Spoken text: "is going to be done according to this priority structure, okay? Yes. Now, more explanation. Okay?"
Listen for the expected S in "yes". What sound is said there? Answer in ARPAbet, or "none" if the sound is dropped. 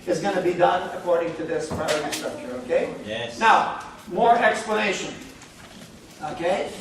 none